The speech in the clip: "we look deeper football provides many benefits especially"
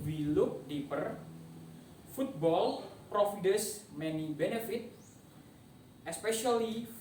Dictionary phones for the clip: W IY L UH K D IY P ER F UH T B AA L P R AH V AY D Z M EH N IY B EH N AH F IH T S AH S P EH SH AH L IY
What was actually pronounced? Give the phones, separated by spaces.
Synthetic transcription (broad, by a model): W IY L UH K D IY P ER F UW T B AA L P R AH F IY D S M EH N IY B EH N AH F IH T AH S P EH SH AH L IY